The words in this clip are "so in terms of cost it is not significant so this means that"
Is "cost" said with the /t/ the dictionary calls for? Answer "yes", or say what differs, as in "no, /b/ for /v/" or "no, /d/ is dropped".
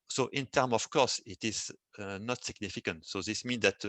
no, /t/ is dropped